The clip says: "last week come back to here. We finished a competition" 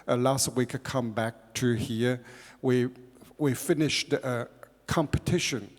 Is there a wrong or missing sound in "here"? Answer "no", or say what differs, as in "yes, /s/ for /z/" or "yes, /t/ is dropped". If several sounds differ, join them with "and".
yes, /w/ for /ɹ/